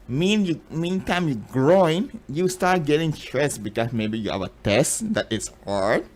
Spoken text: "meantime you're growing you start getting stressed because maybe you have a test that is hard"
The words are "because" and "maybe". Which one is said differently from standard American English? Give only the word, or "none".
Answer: because